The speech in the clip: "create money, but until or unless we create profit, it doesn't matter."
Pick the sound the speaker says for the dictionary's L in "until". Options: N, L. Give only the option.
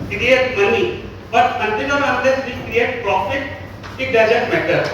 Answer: N